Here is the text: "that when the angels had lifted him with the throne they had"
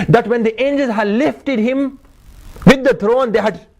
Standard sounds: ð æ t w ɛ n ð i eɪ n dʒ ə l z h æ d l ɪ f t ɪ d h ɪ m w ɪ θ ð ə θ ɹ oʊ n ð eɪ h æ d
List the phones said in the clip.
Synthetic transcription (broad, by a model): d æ t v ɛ n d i eɪ n dʒ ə l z h æ d l ɪ f t ɪ d h ɪ m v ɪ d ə t ɹ oʊ n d eɪ h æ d